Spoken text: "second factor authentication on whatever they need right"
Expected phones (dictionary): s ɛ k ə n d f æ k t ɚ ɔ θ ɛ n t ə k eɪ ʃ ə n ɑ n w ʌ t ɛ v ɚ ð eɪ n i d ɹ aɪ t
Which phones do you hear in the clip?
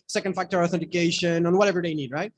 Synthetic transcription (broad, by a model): s ɛ k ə n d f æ k t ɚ ɔ θ ɛ n t ə k eɪ ʃ ə n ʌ n w ʌ t ɛ v ɚ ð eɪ n i d ɹ aɪ t